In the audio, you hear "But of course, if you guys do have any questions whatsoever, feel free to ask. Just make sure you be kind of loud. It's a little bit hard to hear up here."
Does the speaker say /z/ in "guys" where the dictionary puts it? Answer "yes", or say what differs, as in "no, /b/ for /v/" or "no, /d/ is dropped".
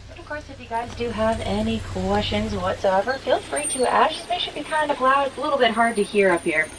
yes